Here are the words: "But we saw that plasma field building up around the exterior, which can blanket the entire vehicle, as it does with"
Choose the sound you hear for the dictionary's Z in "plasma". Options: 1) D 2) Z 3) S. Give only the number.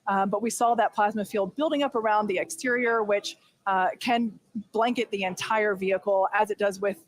2